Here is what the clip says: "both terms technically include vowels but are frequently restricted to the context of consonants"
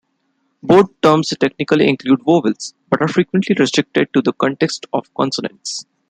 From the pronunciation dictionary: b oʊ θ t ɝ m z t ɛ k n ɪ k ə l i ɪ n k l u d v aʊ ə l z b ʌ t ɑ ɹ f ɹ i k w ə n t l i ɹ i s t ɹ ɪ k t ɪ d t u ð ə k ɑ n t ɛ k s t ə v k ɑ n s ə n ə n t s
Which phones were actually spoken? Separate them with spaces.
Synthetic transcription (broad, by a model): b oʊ t t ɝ m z t ɛ k n ɪ k ə l i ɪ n k l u d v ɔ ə l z b ʌ t ɑ ɹ f ɹ i k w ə n t l i ɹ i s t ɹ ɪ k t ɪ d t u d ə k ɑ n t ɛ k s t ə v k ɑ n s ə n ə n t s